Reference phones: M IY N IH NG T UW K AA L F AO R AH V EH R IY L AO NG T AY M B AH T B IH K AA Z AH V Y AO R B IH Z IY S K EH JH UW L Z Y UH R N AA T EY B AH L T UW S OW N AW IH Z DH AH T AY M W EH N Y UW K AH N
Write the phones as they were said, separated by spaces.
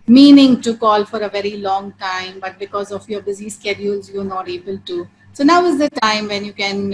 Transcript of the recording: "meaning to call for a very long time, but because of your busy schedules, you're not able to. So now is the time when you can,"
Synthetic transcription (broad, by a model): M IY N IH NG T UW K AA L F AO R AH V EH R IY L AO NG T AY M B AH T B IH K AA Z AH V Y AO R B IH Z IY S K EH JH UW L Z Y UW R N AA T EY B AH L T UW S OW N AW IH Z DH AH T AY M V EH N Y UW K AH N